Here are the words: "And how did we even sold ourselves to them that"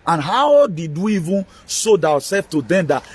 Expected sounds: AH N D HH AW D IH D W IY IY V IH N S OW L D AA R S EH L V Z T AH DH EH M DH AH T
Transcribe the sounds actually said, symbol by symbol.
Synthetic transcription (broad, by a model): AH N HH AW D IH D W IY IY V IH N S OW D AA W S EH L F T AH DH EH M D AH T